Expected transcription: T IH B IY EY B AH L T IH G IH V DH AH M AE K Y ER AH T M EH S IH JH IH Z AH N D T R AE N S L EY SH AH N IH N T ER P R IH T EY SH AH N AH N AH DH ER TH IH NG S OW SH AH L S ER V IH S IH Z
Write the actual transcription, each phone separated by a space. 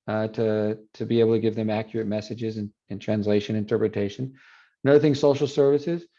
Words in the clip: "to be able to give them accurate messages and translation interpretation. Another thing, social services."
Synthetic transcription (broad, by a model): T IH B IY EY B L T IH G IH V DH AH M AE K Y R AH T M EH S IH JH IH Z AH N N T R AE N S L EY SH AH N IH N T ER P R IH T EY SH AH N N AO UH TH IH NG S OW SH L S ER V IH S IH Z